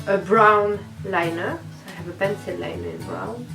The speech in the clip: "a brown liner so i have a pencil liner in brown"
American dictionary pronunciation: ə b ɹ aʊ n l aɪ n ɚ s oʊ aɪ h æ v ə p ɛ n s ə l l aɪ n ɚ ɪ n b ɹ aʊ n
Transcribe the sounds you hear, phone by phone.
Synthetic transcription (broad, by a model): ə b ɹ aʊ n l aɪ n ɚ s oʊ aɪ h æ v ə b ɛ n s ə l l aɪ n ɚ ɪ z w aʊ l